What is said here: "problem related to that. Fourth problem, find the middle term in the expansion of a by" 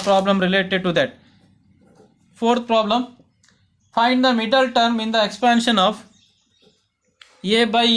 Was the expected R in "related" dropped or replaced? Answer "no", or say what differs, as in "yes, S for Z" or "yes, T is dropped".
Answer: no